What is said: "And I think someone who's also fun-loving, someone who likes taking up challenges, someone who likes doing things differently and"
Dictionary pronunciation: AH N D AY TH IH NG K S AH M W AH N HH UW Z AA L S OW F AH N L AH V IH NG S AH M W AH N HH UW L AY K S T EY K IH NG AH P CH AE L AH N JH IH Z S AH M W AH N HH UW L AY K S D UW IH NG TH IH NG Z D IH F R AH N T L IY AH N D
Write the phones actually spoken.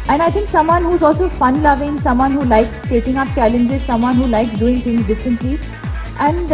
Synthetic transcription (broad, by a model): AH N AY T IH NG K S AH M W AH N HH UW Z AA L S OW F AH N L AH V IH NG S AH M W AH N HH UW L AY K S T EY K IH NG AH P CH AE L AH N JH IH Z S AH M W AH N HH UW L AY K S D UW IH NG T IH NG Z D IH F R AH N T L IY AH N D